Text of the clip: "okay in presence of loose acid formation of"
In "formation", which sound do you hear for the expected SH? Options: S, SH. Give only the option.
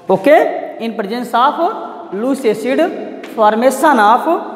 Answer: S